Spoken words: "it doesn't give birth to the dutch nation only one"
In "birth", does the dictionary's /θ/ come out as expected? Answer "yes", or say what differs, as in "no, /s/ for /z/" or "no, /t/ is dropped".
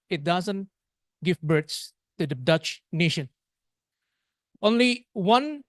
no, /s/ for /θ/